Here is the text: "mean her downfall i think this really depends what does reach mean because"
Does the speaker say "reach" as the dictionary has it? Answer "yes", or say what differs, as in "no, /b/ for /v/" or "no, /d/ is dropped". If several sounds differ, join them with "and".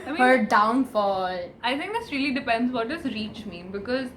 yes